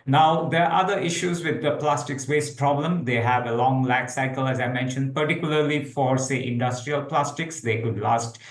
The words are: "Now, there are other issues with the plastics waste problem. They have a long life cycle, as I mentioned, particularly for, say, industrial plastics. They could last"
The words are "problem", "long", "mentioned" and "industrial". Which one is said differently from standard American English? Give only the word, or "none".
none